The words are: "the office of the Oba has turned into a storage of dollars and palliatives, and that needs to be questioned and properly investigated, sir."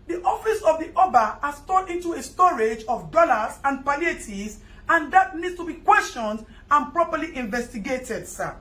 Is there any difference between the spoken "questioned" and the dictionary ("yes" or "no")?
no